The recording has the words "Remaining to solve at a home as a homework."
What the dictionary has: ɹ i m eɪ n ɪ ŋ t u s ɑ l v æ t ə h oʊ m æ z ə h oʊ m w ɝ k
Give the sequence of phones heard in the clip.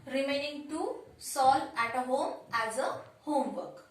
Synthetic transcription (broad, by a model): ɹ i m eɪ n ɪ ŋ t u s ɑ l æ t ə h oʊ m æ z ə h oʊ m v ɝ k